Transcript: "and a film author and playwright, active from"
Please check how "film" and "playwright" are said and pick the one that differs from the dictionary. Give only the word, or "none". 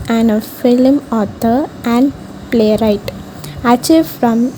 none